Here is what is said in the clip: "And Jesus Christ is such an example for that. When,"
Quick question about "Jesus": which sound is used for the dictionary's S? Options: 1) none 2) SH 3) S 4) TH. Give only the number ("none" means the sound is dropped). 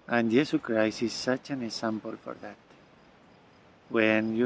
1